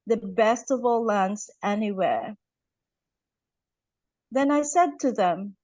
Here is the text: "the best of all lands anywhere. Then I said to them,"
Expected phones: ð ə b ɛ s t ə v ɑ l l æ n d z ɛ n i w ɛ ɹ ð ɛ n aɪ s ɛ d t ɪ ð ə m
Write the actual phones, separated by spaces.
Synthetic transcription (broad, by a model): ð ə b ɛ s t ə v ɑ l l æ n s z ɛ n i w ɛ ɹ ð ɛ n aɪ s ɛ d t ɪ ð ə m